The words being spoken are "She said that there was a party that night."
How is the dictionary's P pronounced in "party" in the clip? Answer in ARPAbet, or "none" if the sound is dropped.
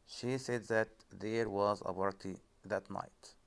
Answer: B